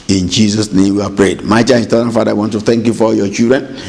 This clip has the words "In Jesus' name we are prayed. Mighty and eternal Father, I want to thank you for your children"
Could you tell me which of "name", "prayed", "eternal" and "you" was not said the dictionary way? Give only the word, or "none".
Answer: eternal